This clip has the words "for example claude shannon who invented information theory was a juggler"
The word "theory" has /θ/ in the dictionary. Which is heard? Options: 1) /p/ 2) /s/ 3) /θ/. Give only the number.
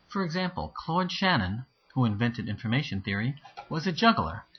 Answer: 3